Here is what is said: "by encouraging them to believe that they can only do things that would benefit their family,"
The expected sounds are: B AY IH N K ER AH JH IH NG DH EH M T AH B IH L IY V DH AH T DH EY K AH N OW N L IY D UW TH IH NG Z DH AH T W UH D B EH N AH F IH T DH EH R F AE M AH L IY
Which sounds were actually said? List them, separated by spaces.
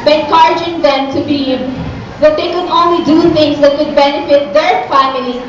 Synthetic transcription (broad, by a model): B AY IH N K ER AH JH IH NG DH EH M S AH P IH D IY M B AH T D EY K AH N OW N L IY D UW T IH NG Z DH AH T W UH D B EH N AH F IH T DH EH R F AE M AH L IY